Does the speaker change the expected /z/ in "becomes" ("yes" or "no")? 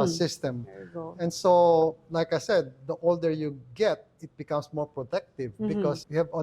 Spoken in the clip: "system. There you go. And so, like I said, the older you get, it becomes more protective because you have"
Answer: yes